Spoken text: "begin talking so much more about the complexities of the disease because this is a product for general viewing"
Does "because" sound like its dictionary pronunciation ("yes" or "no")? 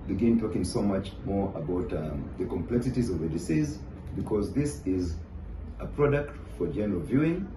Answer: yes